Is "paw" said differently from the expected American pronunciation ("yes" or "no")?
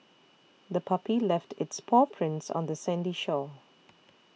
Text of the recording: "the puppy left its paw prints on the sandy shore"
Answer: no